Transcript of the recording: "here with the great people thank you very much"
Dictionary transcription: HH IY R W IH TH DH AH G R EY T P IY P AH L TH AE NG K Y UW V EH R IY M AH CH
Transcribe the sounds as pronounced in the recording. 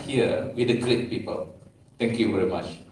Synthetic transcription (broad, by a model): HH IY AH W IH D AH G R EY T P IY P AH L T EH NG K Y UW V EH R IY M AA CH